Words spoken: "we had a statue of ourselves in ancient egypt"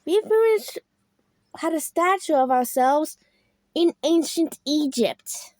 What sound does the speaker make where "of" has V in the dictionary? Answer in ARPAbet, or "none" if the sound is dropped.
V